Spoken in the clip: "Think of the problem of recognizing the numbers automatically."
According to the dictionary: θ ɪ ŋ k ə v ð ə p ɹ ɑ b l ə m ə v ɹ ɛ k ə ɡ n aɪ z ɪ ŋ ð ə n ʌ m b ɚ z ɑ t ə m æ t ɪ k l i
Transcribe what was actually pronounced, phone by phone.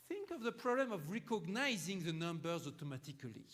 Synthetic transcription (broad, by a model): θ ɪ ŋ k ə v ð ə p ɹ ɑ b l ə m ə v ɹ ɛ k ə ɡ n aɪ z ɪ ŋ ð ə n ʌ m b ɚ z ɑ t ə m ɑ t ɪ k l i